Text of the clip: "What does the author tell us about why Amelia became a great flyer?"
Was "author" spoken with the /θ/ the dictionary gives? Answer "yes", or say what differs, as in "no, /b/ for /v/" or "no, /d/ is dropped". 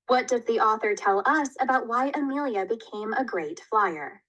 yes